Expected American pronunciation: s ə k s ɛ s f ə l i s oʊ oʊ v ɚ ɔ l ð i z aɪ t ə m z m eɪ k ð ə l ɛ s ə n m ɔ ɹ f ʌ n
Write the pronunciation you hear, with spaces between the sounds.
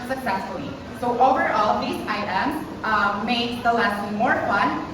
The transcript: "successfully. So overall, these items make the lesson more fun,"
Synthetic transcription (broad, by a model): s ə k s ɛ s f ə l i s oʊ oʊ v ɚ ɔ l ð i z aɪ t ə m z m eɪ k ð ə l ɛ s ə m ɔ ɹ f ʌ n